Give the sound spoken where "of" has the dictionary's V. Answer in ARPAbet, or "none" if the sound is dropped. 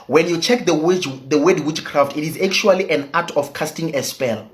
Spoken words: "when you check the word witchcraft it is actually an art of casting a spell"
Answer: F